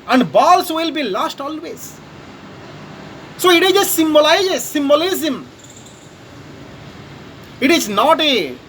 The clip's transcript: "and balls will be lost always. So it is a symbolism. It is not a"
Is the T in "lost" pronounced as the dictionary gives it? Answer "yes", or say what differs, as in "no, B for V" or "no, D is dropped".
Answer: yes